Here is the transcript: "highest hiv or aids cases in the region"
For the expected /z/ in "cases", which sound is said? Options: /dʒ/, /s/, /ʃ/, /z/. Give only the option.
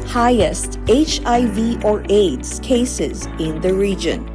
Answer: /z/